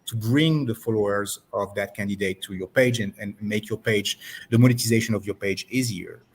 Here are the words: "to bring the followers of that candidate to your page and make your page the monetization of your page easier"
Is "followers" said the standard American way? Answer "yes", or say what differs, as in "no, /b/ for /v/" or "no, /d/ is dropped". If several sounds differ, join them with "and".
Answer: yes